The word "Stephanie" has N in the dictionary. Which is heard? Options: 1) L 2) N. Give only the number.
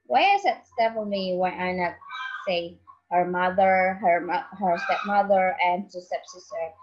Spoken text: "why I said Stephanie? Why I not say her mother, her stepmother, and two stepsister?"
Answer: 1